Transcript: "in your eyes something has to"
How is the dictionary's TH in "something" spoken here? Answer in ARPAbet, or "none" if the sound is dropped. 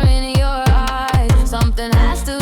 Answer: TH